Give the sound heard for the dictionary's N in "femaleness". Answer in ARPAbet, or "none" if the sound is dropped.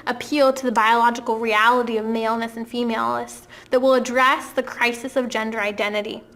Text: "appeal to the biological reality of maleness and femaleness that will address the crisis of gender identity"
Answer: none